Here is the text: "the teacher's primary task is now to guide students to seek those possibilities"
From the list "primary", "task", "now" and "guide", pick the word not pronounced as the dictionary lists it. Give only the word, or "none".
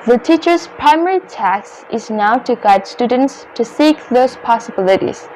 task